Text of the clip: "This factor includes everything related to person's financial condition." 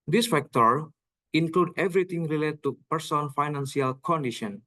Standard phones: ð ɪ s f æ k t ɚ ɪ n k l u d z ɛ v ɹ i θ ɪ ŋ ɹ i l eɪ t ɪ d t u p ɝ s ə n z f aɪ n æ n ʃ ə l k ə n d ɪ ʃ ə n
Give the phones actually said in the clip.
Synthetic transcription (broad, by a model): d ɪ s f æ k t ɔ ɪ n k l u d ɛ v ɹ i t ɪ ŋ ɹ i l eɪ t t u p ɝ s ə n f aɪ n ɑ n s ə l k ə n d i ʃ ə n